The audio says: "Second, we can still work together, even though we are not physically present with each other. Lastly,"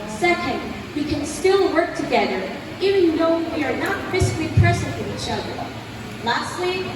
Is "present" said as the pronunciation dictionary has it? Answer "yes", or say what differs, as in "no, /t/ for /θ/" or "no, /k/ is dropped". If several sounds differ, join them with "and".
no, /s/ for /z/